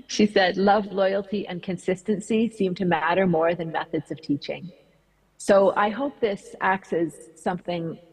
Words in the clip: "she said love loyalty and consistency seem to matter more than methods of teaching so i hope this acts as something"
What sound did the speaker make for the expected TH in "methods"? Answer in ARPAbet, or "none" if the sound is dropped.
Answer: TH